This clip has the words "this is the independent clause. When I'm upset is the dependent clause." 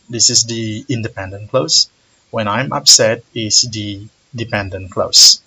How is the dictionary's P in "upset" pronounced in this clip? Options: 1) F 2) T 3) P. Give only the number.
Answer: 3